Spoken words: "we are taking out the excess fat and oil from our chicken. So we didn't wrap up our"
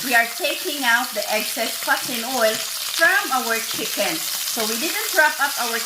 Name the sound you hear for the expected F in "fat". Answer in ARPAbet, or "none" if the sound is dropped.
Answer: P